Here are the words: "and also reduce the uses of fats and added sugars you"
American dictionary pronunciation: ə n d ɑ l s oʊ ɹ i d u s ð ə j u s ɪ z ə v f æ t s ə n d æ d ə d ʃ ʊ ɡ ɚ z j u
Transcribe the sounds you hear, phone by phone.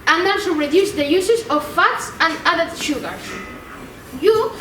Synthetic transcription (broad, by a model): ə n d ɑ s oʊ ɹ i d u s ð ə j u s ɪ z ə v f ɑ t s ə n d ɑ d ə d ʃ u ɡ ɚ j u